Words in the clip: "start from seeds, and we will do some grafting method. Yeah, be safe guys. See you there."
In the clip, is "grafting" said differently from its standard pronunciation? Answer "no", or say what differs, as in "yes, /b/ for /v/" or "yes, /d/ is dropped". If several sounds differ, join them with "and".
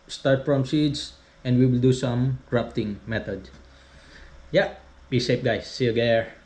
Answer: yes, /p/ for /f/